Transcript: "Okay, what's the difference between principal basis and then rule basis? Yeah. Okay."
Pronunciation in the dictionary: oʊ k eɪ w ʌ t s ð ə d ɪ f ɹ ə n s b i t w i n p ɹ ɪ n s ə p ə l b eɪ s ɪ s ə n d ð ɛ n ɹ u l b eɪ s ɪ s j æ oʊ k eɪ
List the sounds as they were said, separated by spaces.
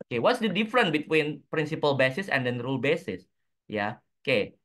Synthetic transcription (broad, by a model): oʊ k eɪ w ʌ t s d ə d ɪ f ɹ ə n b i t w i n p ɹ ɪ n s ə p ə l b eɪ s ɪ s ə n d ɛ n ɹ u l b eɪ s ɪ s j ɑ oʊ k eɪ